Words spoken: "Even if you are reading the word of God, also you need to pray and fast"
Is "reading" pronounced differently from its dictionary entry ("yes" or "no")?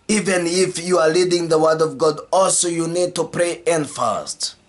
yes